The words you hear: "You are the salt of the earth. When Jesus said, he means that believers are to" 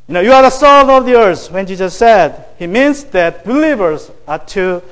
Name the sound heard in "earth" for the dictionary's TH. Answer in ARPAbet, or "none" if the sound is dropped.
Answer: S